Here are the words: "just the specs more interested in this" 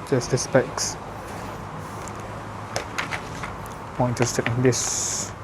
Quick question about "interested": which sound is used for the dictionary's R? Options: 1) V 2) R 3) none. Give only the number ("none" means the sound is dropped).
3